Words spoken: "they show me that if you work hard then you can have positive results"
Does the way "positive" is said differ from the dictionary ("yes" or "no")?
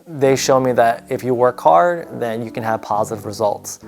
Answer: no